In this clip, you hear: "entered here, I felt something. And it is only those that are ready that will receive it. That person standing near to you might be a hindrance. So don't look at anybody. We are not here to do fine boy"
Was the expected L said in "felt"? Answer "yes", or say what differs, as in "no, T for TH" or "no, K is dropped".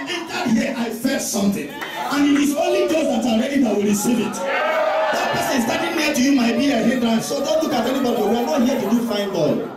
no, L is dropped